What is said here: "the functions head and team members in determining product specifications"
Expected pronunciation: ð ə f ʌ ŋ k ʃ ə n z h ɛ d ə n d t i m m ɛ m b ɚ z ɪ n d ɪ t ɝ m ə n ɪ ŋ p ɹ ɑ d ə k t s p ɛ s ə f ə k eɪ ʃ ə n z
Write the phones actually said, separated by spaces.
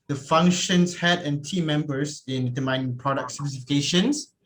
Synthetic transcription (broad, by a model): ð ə f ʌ ŋ k ʃ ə n s h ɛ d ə n t i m m ɛ m b ɚ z ɪ n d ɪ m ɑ ə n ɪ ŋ p ɹ ɑ d ə k t s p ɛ s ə f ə k eɪ ʃ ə n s